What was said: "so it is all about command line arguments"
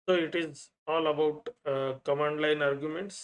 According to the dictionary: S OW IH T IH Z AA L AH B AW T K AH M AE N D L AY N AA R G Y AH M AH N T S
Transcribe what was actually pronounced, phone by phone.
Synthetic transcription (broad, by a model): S OW IH T IH Z AA L AH B AW T K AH M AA N D L AY N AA R G Y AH M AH N T S